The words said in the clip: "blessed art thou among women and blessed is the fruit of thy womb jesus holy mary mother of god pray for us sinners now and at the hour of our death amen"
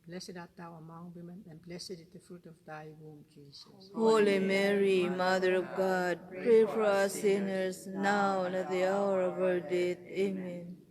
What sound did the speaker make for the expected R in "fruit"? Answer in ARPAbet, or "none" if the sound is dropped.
R